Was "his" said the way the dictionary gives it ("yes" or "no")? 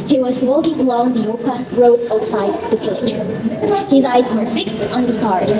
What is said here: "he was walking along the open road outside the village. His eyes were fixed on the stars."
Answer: yes